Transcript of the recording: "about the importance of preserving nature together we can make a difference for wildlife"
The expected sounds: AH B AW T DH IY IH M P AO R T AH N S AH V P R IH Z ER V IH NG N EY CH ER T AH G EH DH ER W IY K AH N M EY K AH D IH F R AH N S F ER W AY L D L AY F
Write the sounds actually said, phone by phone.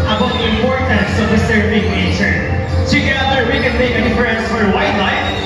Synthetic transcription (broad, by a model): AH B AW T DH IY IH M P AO R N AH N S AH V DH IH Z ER B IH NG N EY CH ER T AH G EH DH ER W IY K AH N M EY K AH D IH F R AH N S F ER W AY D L AY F